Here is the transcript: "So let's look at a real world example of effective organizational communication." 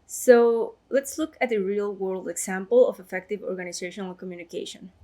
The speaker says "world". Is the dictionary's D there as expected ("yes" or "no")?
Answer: yes